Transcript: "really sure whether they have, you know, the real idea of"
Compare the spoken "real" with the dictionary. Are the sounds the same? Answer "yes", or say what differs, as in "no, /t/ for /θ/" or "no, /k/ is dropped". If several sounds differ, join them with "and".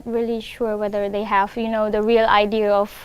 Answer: yes